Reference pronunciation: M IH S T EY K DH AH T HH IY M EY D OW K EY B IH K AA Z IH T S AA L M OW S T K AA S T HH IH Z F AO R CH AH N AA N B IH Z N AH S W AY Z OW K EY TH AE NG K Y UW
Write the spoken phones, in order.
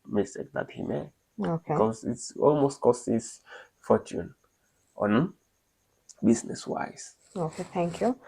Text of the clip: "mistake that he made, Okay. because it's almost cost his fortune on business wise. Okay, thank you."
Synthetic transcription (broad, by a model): M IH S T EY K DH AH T HH IY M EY OW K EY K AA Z IH T S AA L M OW S T K AA S T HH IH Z F AO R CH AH N AA N B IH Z N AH S W AY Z OW K EY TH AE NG K Y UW